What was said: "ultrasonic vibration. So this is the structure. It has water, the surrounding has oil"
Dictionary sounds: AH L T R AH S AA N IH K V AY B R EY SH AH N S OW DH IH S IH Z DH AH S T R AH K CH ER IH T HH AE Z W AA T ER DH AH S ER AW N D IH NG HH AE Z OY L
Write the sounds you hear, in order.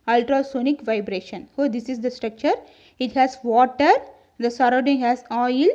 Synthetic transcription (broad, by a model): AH L T R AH S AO N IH K V AY B R EY SH AH N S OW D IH S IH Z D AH S T R AH K CH ER IH T HH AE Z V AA T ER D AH S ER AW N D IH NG HH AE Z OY L